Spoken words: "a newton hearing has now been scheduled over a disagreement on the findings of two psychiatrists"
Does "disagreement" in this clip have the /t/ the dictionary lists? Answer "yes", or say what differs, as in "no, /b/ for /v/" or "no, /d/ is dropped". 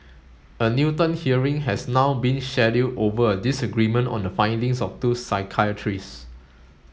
yes